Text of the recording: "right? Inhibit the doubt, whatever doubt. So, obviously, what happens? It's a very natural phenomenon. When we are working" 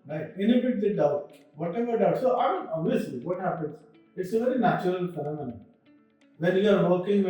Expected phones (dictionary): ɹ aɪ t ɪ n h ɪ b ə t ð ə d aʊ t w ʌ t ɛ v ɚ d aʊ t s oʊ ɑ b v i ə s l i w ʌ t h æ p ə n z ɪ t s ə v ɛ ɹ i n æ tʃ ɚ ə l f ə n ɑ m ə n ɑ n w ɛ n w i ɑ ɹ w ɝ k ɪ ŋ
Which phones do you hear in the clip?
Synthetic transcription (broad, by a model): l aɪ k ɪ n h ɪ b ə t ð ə d aʊ t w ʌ t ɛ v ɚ d aʊ t s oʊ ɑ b i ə s l i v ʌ t h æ p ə n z ɪ t s ə v ɛ ɹ i n æ tʃ ɚ ə l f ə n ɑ m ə n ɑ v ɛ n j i ɑ ɹ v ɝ k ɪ ŋ